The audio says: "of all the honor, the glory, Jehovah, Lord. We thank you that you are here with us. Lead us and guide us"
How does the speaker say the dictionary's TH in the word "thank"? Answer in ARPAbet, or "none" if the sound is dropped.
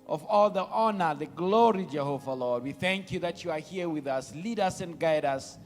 TH